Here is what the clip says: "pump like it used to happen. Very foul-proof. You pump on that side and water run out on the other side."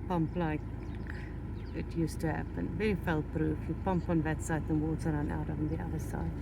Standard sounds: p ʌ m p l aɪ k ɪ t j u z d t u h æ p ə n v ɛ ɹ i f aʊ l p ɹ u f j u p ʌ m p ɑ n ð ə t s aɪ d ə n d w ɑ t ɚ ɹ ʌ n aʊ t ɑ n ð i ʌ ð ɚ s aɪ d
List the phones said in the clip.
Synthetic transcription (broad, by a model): p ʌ m p l aɪ k ɪ t j u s t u h æ p ə n v ɛ ɹ i f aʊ l p ɹ u f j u p ʌ m p ɑ n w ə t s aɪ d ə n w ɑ s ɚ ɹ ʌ n aʊ t ɑ n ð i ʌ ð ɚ s aɪ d